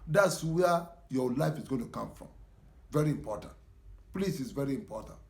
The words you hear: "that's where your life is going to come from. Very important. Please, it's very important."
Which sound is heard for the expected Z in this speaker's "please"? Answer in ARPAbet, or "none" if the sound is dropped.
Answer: S